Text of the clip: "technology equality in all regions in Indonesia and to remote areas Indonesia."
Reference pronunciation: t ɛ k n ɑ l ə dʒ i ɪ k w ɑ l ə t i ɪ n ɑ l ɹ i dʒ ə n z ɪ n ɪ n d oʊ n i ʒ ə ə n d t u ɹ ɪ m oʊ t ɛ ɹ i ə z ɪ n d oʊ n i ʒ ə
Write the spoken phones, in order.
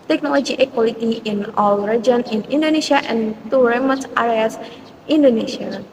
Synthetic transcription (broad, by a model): t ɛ k n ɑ l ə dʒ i ɪ k w ɑ l ə t i ɪ n ɑ l ɹ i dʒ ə n ɪ n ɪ n d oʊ n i ʃ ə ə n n t u ɹ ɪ m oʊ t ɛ ɹ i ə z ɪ n d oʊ n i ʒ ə